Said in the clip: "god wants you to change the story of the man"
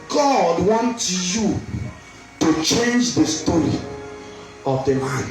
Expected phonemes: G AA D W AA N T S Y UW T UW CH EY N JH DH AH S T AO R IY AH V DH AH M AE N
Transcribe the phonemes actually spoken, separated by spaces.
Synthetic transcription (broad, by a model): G AA D W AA N T Y UW T UW CH EY N JH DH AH S T AO R IY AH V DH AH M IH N